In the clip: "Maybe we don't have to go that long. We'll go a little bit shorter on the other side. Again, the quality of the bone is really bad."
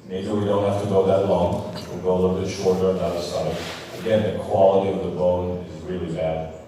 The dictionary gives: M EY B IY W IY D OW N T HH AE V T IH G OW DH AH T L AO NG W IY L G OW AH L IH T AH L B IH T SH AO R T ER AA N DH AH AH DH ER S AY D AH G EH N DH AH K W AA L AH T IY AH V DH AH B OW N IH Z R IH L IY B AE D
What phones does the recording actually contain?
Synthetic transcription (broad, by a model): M EY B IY W IY D OW N T HH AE F T IH G OW DH AH T L AO NG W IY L G OW AH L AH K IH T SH AO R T ER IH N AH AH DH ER S AY D AH G EH N DH AH K W AA L AH T IY AH V DH AH B OW N IH Z R IH L IY B AE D